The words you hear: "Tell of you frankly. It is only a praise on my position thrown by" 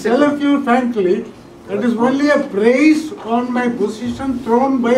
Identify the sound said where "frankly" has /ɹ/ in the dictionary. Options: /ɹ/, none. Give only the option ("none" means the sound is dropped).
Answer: none